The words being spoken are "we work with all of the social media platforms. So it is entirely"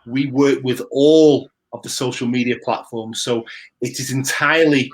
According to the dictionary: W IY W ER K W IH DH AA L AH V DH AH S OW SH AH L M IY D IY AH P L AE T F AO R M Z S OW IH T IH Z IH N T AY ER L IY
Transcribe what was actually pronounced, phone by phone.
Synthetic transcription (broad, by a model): W IY W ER K W IH DH AA L AH V DH AH S OW SH AH L M IY D IY AH P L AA T F AO R M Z S OW IH T IH Z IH N T AY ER L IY